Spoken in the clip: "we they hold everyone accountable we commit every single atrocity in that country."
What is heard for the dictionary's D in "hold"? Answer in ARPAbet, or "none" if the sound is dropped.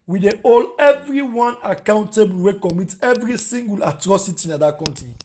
none